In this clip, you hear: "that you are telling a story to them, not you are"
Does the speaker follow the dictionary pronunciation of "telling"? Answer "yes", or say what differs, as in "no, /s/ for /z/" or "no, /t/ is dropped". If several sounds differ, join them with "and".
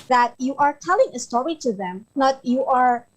yes